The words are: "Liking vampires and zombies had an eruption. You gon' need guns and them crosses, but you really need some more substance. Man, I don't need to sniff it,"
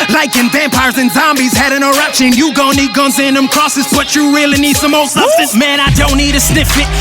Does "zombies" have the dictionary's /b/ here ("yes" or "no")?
yes